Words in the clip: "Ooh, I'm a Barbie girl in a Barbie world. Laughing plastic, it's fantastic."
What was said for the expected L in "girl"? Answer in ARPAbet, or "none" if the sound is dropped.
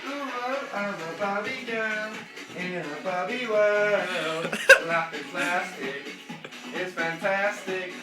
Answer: N